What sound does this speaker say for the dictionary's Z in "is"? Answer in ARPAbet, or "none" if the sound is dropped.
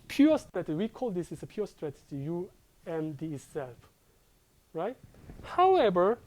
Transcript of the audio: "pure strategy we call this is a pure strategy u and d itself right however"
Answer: S